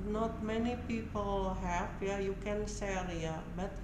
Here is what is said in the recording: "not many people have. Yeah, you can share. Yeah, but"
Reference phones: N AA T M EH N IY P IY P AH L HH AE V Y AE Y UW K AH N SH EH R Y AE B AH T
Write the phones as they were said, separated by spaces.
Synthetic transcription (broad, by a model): N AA T M EH N IY P IY P AH L HH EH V Y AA Y UW K AH N S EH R Y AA B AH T